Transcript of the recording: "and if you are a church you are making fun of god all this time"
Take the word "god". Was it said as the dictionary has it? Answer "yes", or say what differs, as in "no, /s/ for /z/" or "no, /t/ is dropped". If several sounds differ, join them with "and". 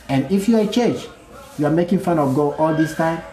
no, /d/ is dropped